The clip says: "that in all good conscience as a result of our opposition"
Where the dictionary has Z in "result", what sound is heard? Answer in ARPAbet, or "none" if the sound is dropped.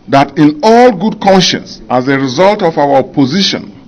Z